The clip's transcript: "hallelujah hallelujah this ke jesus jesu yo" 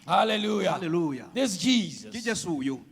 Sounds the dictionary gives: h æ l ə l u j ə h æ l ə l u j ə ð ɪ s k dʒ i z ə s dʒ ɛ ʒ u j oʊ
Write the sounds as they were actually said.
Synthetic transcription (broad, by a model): h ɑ l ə l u j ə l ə l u j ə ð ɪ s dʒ i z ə dʒ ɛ s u j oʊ